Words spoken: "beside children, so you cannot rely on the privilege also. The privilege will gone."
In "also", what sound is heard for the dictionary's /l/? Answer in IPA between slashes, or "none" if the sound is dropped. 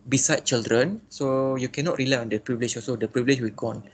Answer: none